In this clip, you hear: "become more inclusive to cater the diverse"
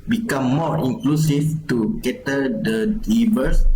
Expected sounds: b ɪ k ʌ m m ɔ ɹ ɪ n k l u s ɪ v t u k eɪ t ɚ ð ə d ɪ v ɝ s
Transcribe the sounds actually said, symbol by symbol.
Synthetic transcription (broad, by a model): b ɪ k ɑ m m ɔ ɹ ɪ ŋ k l u s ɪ f t u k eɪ t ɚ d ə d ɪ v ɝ s